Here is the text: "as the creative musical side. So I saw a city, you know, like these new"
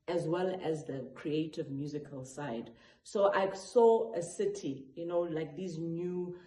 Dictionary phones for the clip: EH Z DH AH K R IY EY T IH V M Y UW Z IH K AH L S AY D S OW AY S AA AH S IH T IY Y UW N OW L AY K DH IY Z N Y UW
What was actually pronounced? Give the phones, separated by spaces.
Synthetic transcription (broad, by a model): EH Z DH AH K R IY EY T IH V M Y UW Z IH K AH L S AY D S OW AY S AA AH S IH T IY Y UW N OW L AY K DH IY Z N Y UW